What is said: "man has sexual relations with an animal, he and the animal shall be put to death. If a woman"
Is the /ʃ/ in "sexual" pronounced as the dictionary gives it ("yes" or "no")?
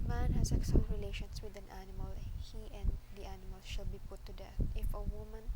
no